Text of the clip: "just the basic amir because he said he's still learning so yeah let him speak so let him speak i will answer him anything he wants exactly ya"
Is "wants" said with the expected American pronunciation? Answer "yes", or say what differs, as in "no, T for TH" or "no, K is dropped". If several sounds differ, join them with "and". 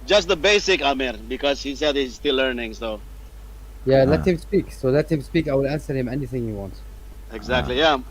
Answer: no, S is dropped